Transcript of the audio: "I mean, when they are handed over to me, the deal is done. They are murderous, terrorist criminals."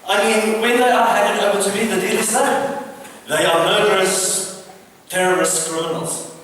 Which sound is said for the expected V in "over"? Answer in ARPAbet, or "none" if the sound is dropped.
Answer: B